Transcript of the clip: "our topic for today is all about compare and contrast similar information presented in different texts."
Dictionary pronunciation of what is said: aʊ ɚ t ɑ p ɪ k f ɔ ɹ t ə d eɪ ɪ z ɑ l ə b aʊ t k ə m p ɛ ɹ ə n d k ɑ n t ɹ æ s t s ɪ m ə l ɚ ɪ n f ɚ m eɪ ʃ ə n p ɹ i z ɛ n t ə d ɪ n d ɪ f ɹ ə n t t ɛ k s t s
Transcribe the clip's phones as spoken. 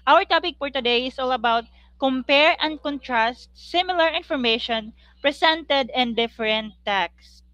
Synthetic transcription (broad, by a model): aʊ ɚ t ɑ p ɪ k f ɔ ɹ t ə d eɪ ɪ s ɑ l ə b aʊ t k ə m p ɛ ɹ ə n d k ɑ n t ɹ æ s t s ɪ m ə l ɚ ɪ n f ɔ m eɪ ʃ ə n p ɹ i s ɛ n t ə d ɪ n d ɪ f ɹ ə n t t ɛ k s s